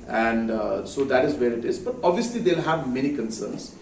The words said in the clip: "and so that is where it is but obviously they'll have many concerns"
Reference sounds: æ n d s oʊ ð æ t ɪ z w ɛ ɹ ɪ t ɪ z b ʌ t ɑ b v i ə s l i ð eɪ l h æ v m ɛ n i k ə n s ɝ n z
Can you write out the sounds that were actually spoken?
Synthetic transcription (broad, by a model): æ n d s oʊ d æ t ɪ z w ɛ ɹ ɪ t ɪ z b ʌ t ɑ b v i ə s l i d eɪ l h æ v m ɛ n i k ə n s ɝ n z